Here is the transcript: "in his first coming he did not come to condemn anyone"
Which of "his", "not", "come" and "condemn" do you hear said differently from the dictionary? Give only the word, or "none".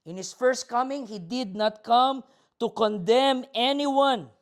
his